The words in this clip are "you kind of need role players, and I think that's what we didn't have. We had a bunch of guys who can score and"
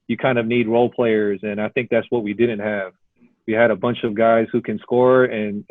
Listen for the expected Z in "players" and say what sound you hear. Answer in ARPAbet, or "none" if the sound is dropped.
Z